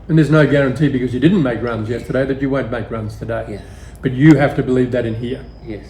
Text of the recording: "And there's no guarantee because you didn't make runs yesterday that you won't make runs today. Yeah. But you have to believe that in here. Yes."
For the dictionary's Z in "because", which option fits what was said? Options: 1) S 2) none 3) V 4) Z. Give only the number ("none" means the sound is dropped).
4